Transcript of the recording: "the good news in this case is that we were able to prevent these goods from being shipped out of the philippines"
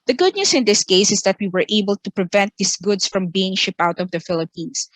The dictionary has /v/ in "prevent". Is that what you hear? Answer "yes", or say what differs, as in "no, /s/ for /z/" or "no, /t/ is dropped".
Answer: yes